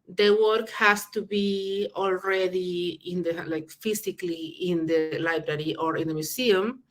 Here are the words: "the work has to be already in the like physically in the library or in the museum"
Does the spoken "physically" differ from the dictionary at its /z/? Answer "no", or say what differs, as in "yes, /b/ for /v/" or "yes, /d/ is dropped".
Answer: yes, /s/ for /z/